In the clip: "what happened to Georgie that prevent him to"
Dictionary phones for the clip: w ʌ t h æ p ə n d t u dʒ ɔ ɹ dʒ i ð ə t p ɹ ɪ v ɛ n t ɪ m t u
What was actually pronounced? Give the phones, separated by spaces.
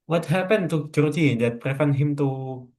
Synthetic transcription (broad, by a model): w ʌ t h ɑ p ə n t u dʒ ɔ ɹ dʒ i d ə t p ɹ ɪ f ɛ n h ɪ m t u